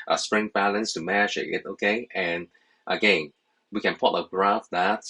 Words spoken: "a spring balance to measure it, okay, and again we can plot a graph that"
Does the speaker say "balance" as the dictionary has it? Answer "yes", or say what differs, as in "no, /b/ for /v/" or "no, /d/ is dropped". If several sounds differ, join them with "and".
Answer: yes